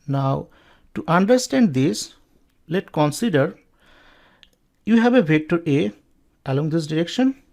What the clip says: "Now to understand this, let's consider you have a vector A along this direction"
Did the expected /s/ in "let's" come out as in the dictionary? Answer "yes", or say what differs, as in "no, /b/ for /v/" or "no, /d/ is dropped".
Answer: no, /s/ is dropped